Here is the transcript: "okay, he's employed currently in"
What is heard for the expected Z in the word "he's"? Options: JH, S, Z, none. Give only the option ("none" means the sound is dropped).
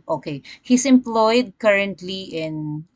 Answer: S